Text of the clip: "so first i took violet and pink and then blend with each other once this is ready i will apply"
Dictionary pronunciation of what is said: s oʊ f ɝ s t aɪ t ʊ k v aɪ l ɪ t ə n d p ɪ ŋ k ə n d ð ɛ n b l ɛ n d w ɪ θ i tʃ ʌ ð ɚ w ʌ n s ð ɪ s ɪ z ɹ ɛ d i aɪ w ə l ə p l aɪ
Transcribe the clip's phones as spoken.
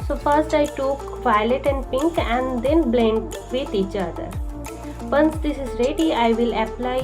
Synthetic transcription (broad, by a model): s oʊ p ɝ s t aɪ t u k v aɪ l ɪ t ə n d p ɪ ŋ k ə n d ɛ n b l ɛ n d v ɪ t i tʃ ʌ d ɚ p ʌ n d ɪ s ɪ z ɹ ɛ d i aɪ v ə l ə p l aɪ